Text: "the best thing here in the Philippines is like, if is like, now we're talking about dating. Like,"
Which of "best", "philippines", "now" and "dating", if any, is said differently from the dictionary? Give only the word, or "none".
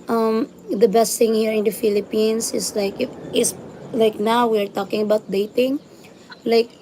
philippines